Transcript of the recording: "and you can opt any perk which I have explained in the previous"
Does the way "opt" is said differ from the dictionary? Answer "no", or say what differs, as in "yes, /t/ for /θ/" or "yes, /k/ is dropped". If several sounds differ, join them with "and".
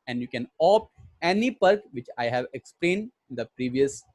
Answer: yes, /t/ is dropped